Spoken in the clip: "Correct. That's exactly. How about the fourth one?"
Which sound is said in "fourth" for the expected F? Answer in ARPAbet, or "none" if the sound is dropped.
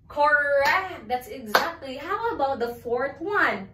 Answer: F